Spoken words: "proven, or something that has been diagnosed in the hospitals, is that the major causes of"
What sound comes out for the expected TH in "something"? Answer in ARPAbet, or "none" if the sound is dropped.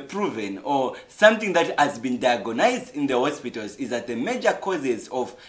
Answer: TH